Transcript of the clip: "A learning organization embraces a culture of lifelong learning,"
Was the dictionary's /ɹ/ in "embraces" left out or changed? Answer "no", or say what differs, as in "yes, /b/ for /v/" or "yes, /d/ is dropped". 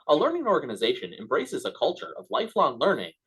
no